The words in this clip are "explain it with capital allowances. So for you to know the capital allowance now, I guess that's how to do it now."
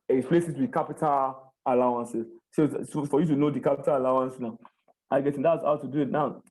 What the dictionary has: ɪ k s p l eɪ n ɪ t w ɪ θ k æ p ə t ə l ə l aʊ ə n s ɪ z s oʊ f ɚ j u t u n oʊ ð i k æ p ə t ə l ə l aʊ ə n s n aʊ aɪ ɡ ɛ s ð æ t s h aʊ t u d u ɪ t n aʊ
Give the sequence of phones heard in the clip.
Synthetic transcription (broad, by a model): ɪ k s p l eɪ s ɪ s w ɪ k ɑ p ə t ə l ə l aʊ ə n s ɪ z s oʊ f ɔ j u t u n oʊ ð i k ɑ p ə t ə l ə l aʊ ə n s n aʊ aɪ ɡ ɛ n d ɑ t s h aʊ t u d u ɪ t n aʊ